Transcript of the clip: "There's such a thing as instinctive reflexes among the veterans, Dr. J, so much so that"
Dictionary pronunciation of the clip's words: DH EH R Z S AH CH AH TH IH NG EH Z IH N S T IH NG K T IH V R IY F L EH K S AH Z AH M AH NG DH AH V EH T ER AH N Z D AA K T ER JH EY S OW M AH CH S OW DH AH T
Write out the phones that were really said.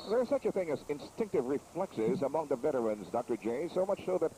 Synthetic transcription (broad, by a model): DH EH R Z S AH CH AH TH IH NG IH Z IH N S T IH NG K T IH V R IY F L EH K S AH Z AH M AH NG DH AH V EH T ER AH N Z D AA K T ER JH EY S OW M AH CH S OW DH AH T